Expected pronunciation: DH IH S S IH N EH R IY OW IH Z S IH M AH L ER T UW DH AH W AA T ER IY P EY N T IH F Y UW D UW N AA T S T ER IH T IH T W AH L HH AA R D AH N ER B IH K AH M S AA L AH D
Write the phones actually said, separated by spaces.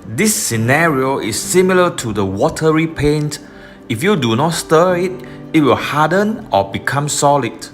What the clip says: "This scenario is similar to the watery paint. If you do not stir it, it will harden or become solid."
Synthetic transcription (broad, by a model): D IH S S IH N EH R IY OW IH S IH M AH L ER T UW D AH W AA T ER IY P EY N T IH F Y UW D UW N AA T S T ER IH T IH T W AH L HH AA D AH N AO B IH K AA M S AA L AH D